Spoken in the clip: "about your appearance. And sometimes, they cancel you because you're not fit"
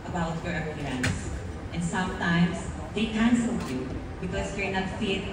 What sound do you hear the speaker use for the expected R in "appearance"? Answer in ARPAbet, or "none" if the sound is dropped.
L